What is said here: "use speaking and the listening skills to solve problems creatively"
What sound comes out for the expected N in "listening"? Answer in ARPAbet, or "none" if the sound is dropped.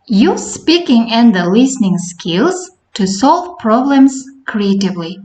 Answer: N